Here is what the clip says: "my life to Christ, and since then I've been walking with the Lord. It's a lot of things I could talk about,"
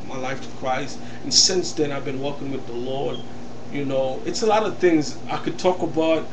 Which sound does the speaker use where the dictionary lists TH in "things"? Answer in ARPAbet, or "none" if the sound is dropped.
TH